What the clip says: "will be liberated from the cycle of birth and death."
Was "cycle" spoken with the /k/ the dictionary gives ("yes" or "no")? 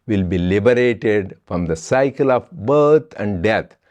yes